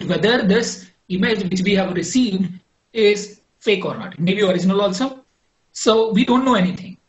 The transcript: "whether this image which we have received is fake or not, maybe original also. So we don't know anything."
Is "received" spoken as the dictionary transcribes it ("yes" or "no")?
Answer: yes